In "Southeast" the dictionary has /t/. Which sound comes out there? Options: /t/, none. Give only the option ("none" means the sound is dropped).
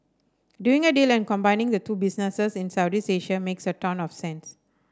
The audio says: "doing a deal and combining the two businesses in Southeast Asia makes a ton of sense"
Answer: none